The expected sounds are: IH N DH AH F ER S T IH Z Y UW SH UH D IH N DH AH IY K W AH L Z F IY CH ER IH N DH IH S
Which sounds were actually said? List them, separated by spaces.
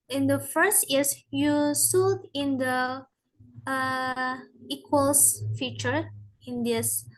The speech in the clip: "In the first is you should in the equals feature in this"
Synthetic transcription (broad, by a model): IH N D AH F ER S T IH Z Y UW S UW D IH N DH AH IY K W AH L S F IY CH ER IH N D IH S